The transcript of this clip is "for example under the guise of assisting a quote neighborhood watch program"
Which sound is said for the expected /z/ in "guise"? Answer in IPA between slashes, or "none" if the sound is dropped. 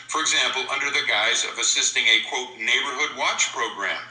/z/